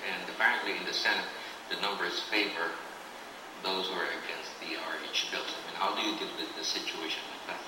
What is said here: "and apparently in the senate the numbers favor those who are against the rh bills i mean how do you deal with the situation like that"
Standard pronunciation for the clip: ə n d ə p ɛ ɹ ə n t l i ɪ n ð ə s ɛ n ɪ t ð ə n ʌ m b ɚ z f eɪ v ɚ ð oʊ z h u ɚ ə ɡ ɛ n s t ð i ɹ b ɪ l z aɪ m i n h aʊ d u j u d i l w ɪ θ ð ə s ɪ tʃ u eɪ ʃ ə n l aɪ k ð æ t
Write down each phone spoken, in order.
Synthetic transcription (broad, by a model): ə n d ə p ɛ ɹ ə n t l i ɪ n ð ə s ɛ n ɪ t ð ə n ʌ m b ɚ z f eɪ v ɚ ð oʊ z h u ɚ ə ɡ ɛ n s t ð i ɹ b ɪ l s aɪ m i n h aʊ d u j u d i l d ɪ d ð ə s ɪ tʃ u eɪ ʃ ə n l aɪ k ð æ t